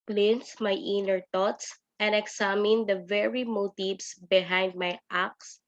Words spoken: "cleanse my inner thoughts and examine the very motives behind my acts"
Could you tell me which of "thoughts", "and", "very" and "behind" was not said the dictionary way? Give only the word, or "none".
thoughts